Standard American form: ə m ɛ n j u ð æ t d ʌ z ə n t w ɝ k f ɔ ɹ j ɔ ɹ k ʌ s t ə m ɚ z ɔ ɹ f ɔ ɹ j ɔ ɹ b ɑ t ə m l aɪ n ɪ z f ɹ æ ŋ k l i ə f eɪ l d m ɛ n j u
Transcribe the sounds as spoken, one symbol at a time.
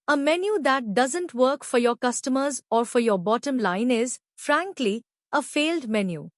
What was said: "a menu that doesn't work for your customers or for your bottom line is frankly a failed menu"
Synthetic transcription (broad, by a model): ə m ɛ n j u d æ t d ʌ z ə n t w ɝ k f ɔ ɹ j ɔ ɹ k ʌ s t ə m ɚ z ɔ ɹ f ɔ ɹ j ɔ ɹ b ɑ t ə m l aɪ n ɪ z f ɹ æ ŋ k l i ə f eɪ l d m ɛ n j u